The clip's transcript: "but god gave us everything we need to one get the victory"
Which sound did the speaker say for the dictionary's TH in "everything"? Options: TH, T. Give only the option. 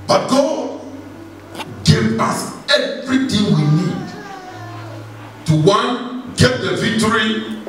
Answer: T